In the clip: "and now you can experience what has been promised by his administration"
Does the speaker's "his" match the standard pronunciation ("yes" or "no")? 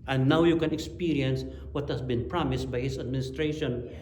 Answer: no